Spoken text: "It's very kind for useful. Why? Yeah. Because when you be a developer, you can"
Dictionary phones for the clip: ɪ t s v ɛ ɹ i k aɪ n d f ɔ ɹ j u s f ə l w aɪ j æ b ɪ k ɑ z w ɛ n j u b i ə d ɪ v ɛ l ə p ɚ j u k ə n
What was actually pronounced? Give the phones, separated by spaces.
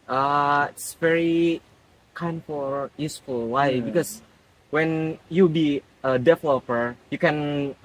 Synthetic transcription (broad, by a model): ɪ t s v ɛ ɹ i k aɪ n d f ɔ l j u s f ə l w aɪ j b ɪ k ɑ s w ɛ n j u b i ə d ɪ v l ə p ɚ j u k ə n